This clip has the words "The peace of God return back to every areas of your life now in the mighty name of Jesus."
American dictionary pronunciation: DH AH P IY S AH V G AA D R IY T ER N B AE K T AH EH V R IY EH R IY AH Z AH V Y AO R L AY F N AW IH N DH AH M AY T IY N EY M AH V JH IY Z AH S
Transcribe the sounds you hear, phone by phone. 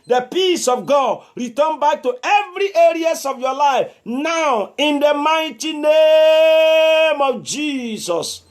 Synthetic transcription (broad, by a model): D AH P IY S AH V G AA D R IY T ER N B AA K T AH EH V R IY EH R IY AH S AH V Y AO L AY F N AW IH N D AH M AY T IY N EY M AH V JH IY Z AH S